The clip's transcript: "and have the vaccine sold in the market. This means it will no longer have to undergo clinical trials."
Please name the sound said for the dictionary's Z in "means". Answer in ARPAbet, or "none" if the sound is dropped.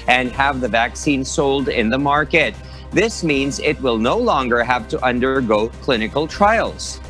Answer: Z